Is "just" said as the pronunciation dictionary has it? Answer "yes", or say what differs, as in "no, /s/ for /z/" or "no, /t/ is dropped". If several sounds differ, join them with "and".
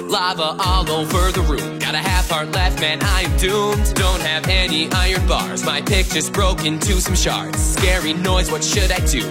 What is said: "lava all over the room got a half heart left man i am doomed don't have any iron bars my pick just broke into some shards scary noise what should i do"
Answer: no, /tʃ/ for /dʒ/